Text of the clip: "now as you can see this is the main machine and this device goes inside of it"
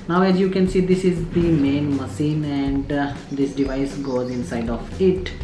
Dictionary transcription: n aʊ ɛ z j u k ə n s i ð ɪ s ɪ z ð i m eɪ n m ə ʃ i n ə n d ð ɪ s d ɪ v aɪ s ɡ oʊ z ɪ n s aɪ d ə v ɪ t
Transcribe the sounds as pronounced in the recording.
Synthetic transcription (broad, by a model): n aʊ ɛ z j u k ə n s i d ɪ s ɪ z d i m eɪ n m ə s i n ə n d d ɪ s d ɪ v aɪ s ɡ oʊ z ɪ n s aɪ d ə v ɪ t